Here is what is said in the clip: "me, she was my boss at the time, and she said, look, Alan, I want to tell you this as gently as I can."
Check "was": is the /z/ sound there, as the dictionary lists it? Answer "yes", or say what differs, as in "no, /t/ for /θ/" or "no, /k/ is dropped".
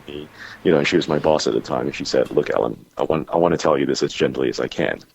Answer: yes